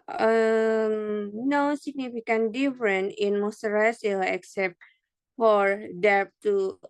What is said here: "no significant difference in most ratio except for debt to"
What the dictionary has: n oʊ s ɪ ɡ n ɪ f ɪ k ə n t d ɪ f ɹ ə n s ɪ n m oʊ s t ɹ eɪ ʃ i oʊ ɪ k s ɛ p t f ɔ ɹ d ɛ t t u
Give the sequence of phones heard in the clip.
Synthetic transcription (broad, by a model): n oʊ s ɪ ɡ n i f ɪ k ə n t d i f ɹ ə n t ɪ n m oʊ s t ɹ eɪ s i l ɪ k s ɛ p t f ɔ ɹ d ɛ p t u